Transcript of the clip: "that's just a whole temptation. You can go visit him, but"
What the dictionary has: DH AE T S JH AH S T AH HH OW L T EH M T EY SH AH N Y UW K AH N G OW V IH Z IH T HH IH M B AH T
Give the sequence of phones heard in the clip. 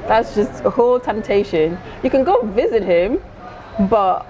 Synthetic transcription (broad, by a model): DH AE T S JH AH S T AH HH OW L T EH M T EY SH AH N Y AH K AH N G OW V IH Z IH T HH IH M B AH T